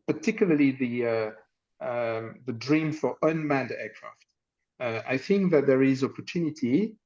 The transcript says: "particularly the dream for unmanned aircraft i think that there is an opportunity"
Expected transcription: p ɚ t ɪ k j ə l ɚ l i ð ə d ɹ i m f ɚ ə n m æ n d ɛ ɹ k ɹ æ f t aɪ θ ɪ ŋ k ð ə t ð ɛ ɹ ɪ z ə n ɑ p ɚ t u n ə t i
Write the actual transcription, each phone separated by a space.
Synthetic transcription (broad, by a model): p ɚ t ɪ k j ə l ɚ l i ð ə d ɹ i m f ɚ ə n m æ n d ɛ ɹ k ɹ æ f t aɪ θ ɪ ŋ k ð ə t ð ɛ ɹ ɪ z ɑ p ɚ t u n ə t i